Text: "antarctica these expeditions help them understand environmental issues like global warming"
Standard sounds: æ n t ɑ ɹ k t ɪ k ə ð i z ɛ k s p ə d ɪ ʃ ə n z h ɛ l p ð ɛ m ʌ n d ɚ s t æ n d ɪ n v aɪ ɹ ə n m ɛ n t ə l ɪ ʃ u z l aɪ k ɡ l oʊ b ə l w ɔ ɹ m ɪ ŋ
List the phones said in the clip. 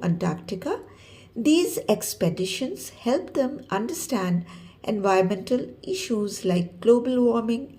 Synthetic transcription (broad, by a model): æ n t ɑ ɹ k t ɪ k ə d i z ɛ k s p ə d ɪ ʃ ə n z h ɛ l p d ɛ m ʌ n d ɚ s t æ n d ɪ n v aɪ ə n m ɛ n t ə l ɪ ʃ u z l aɪ k ɡ l oʊ b ə l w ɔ ɹ m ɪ ŋ